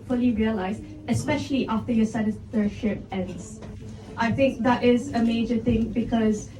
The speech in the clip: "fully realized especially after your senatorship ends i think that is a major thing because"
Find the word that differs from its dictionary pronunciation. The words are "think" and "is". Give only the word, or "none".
none